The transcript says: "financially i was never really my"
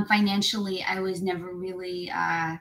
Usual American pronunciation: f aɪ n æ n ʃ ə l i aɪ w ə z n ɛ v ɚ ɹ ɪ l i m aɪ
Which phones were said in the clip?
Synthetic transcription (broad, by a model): f aɪ n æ n ʃ l i aɪ w ə z n ɛ v ɚ ɹ ɪ l i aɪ